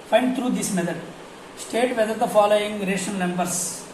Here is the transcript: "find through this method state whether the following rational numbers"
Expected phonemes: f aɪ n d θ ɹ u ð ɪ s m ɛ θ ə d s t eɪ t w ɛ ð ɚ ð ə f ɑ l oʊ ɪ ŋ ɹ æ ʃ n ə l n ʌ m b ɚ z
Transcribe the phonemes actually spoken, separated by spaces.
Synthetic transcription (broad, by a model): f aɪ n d t ɹ u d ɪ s m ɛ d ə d s t eɪ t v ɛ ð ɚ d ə f ɑ l oʊ ɪ ŋ ɹ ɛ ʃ ə n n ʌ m b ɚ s